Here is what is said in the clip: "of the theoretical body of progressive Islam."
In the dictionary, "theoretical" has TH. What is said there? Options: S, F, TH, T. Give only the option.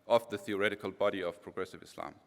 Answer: TH